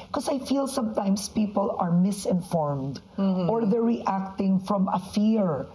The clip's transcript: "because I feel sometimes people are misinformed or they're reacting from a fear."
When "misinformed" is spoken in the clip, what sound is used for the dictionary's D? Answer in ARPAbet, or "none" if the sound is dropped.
D